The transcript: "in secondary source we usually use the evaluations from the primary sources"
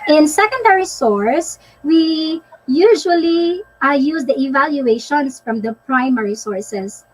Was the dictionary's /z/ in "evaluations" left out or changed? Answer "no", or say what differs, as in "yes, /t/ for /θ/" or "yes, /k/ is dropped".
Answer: yes, /s/ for /z/